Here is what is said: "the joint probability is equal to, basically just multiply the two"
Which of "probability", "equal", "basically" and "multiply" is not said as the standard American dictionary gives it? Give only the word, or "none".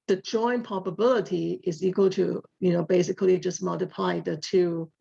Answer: probability